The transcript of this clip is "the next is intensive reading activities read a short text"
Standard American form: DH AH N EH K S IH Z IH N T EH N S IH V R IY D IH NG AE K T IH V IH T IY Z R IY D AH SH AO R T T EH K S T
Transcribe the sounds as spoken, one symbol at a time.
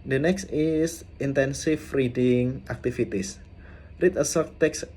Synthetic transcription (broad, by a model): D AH N EH K S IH S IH N T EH N S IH F R IY D IH NG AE K T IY F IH T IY S R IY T AH S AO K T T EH K S